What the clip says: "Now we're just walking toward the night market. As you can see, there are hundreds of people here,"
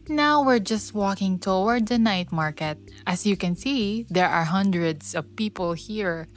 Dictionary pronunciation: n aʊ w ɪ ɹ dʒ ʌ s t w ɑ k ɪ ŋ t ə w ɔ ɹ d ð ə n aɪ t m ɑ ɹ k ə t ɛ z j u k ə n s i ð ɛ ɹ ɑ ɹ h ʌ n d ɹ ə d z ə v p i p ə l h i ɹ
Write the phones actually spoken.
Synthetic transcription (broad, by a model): n aʊ w ɪ ɹ dʒ ʌ s t w ɑ k ɪ ŋ t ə w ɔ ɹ d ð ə n aɪ t m ɑ ɹ k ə t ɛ s j u k ə n s i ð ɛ ɹ ɑ ɹ h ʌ n d ɹ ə d s ə v p i p ə l h i ɹ